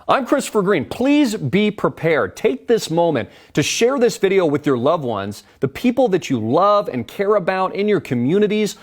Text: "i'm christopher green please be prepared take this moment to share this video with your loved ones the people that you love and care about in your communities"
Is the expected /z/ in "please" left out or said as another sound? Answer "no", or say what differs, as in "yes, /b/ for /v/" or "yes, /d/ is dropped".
no